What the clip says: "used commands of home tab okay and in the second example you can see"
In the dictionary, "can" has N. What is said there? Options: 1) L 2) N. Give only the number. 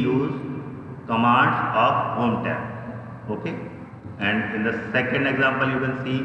1